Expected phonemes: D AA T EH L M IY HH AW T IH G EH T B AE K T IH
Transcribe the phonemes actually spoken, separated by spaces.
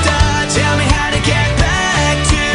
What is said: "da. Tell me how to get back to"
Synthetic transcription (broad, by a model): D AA T EH L M IY HH AW T IH G EH T B AE K T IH